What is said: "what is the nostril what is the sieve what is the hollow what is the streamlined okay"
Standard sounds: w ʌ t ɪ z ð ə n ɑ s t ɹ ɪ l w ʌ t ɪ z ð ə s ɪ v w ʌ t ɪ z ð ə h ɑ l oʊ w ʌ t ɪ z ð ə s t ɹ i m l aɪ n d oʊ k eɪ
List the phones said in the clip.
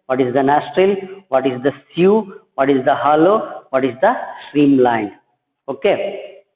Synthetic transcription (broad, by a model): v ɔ t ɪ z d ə n ɑ s t ɹ ɪ l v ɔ t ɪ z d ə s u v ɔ t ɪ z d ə h ɑ l oʊ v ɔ t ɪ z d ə s t ɹ i m l aɪ n d oʊ k eɪ